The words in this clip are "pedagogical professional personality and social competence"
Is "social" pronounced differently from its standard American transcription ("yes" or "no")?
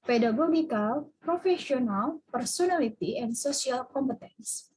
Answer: yes